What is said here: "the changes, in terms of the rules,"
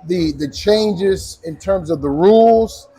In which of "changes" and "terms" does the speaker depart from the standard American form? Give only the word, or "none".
none